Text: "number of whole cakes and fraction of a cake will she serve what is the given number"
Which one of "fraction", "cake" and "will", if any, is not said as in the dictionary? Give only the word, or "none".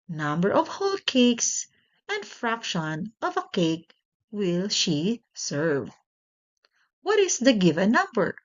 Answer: none